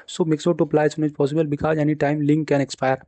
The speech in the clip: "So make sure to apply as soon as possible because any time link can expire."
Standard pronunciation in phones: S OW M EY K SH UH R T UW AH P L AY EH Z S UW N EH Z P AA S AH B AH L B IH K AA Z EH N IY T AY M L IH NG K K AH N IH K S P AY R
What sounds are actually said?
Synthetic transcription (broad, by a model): S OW M EY K S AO T UW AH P L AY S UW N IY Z P AA S AH B AH L B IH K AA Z EH N IY T AY M L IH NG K K AH N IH K S P AY R